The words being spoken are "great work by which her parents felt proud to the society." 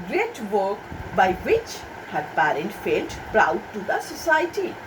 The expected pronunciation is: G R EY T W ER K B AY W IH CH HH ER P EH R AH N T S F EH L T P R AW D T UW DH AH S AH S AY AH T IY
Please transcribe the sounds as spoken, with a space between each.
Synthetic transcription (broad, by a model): G R EY T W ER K B AY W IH CH HH ER P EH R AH N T F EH L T P R AW D T UW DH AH S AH S AY T IY